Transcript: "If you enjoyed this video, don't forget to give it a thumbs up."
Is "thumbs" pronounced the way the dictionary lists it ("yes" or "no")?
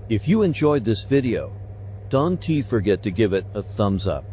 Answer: yes